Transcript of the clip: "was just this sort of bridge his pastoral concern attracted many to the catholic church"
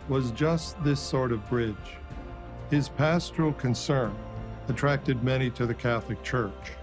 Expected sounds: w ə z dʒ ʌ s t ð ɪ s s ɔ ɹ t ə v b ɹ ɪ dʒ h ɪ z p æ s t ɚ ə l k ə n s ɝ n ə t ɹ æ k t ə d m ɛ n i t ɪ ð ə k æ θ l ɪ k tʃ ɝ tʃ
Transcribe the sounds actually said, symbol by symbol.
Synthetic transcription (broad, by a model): w ə z dʒ ʌ s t ð ɪ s s ɔ ɹ t ə v b ɹ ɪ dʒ h ɪ z p æ s t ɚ l k ə n s ɝ n ə t ɹ æ k t ə d m ɛ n i t ɪ ð ə k æ θ l ɪ k tʃ ɝ tʃ